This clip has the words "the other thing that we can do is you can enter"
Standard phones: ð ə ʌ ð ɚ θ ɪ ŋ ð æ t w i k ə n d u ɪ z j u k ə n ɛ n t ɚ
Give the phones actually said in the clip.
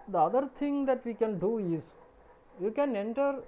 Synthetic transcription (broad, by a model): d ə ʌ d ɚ t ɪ ŋ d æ t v i k ə n d u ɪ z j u k ə n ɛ n t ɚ